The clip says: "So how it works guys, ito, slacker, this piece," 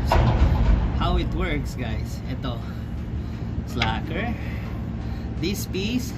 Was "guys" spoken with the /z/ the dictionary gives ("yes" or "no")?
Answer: no